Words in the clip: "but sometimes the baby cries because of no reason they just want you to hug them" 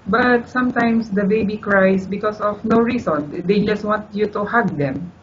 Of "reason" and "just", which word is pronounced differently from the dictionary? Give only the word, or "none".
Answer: reason